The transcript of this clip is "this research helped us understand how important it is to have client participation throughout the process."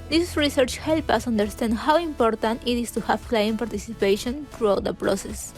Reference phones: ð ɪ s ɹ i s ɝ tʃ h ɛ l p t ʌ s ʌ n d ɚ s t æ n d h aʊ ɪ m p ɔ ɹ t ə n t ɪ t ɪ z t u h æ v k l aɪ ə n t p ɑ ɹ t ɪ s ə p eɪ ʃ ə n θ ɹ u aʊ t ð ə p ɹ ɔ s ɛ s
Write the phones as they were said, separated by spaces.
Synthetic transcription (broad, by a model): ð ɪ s ɹ i s ɝ tʃ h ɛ l p ʌ s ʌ n d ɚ s t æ n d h aʊ ɪ m p ɔ ɹ t ə n t ɪ t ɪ s t u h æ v k l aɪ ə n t p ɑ ɹ t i s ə p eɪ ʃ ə n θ ɹ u aʊ t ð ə p ɹ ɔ s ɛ s